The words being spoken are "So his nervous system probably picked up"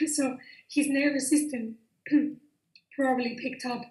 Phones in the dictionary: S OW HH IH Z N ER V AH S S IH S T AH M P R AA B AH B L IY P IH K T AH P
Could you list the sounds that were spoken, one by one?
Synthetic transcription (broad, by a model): S OW HH IH Z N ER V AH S S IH S T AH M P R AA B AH L IY P IH K T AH P